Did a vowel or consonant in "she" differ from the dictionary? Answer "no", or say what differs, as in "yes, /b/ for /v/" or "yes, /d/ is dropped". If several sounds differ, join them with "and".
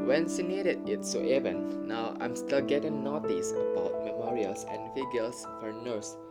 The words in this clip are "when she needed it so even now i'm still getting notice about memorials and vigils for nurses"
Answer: yes, /s/ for /ʃ/